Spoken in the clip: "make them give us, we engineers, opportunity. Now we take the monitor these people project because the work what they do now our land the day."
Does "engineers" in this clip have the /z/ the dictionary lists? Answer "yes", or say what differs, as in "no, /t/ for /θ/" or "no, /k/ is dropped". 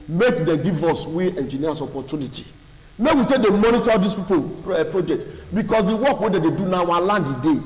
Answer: no, /s/ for /z/